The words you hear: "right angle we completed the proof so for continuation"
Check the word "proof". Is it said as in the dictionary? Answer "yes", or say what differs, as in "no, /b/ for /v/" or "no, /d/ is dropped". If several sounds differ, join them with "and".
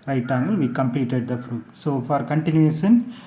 no, /f/ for /p/